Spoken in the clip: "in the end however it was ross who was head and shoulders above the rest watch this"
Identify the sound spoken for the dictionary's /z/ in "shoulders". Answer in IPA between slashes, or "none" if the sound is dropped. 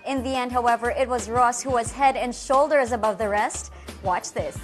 /z/